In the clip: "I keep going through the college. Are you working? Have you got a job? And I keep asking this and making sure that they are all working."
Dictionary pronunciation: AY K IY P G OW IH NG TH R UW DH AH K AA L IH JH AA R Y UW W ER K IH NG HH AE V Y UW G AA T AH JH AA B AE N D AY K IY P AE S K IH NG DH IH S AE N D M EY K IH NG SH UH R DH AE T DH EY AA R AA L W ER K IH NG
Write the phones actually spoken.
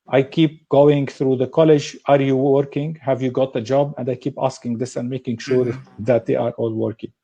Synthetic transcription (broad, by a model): AY K IY P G OW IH NG TH R UW DH AH K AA L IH JH AA R Y UW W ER K IH NG HH AE V Y UW G AA T AH JH AA B AE N D AY K IY P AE S K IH NG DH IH S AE N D M EY K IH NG SH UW R DH AE T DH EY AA R AA L W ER K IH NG